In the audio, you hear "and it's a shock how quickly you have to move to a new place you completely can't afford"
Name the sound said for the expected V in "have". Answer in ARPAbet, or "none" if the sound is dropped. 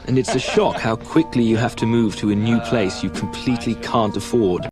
F